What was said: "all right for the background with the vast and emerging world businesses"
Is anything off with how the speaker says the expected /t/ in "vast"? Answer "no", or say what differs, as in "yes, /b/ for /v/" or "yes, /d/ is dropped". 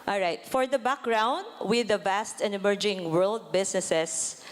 no